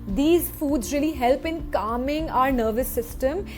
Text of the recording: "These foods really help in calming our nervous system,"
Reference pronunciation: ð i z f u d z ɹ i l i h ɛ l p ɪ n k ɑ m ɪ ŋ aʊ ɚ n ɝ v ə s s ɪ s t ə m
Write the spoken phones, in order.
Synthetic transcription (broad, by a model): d i z f u d z ɹ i l i h ɛ l p ɪ n k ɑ m ɪ ŋ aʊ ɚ n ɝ v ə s s ɪ s t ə m